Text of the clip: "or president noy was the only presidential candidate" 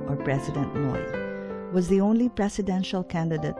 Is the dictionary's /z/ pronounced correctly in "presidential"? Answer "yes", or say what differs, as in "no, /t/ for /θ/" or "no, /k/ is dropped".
no, /s/ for /z/